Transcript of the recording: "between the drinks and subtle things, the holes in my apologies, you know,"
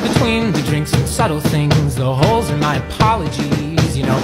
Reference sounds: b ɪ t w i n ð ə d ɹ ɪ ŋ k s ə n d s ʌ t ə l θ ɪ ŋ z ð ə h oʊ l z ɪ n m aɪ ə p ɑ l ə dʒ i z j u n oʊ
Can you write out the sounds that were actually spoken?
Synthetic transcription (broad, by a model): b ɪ t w i n ð ə d ɹ ɪ ŋ k s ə n s ʌ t l θ ɪ ŋ z ð ə h oʊ l z ɪ n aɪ ə p ɑ l ə dʒ i z j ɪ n oʊ